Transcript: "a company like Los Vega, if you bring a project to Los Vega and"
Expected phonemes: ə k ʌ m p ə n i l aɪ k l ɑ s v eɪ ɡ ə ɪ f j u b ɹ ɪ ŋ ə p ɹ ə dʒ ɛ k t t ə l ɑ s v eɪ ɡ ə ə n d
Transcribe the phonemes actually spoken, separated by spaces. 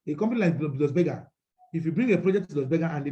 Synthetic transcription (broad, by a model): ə k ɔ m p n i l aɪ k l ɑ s b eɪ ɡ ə ɪ f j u b ɹ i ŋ ə p ɹ ə dʒ ɛ k t s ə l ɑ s b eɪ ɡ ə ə n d